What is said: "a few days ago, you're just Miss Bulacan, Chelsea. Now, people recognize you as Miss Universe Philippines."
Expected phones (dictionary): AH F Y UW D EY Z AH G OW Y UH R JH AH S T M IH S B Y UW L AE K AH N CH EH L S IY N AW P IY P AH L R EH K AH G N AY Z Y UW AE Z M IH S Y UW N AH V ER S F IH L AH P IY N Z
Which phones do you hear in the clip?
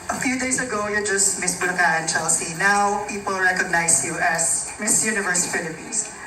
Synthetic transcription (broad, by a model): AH F Y UW D EY S AH G OW Y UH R JH AH S T M IH S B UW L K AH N CH EH L S IY N AW P IY P AH L R EH K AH G N AY S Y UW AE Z M IH S Y UW N AH V ER S F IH L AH P IY N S